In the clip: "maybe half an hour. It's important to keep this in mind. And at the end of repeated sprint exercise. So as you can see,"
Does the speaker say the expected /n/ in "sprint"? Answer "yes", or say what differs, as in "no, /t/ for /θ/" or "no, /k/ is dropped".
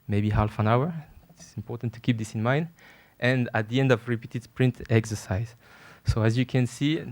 yes